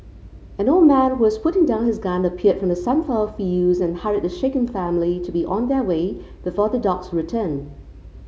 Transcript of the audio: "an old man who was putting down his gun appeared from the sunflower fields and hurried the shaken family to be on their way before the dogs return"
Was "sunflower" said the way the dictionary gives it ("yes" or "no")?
no